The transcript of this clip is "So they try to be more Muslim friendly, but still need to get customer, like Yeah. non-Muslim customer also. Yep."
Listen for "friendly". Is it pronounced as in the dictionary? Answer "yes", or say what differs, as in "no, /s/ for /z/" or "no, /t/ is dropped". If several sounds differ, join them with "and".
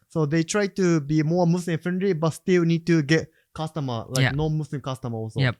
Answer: no, /ɹ/ is dropped